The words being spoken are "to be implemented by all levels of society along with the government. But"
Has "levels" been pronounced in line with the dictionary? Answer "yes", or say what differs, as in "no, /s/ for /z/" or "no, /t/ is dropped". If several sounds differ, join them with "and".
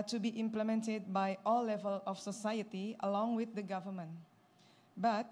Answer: no, /z/ is dropped